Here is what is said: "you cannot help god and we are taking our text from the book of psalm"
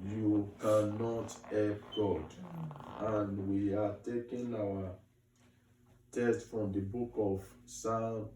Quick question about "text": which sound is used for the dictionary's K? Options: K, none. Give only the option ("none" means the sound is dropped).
none